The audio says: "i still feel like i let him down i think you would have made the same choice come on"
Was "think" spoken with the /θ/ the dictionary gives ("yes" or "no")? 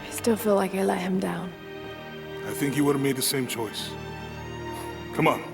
yes